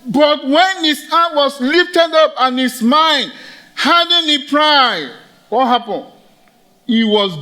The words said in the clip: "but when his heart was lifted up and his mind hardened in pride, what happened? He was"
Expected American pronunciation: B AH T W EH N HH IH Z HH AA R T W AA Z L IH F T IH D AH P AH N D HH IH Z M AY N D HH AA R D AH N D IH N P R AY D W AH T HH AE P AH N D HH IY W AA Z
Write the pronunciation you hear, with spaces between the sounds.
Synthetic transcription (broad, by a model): B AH T W EH N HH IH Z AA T W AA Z L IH F T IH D AH P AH N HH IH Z M AY N D HH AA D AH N IH P R AY D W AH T HH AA P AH N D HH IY W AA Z